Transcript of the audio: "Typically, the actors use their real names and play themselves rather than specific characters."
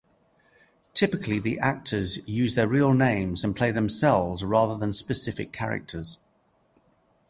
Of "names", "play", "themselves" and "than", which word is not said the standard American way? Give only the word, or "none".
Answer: none